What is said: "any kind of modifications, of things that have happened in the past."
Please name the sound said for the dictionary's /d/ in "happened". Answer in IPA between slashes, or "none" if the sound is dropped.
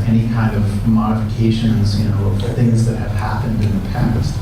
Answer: /d/